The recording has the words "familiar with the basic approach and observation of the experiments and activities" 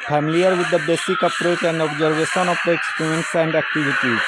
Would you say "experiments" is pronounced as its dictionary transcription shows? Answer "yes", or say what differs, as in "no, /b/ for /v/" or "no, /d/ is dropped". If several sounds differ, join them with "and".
no, /m/ is dropped